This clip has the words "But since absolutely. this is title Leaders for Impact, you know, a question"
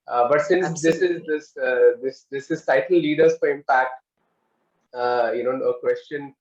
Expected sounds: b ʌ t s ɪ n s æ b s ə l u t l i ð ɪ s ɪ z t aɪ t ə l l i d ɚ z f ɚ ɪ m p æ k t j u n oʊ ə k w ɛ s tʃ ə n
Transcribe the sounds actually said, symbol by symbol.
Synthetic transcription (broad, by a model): b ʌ t s ɪ n s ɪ s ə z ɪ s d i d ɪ s ɪ z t aɪ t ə l l i d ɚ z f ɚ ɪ m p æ k t j u n oʊ ə k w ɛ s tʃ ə n